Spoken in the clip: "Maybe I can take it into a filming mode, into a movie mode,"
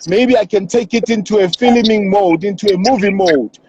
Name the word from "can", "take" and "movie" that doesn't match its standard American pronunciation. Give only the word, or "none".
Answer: none